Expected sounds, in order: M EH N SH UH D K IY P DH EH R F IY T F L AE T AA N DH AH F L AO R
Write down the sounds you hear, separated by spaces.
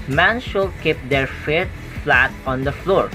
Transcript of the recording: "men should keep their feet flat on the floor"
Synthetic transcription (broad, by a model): M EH N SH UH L K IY P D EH R F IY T F L AE T AA N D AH F L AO R